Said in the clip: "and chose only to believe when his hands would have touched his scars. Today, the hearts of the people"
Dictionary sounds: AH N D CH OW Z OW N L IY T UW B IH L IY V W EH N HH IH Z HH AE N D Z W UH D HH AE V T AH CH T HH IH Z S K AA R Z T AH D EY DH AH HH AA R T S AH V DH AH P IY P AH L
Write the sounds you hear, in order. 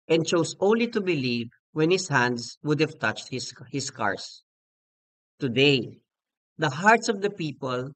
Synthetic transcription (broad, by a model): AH N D CH OW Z OW N L IY T UW B IH L IY V W EH N HH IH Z HH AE N D S W UH D HH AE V T AH CH T HH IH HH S K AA R S T AH D EY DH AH HH AA R T S AH V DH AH P IY P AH L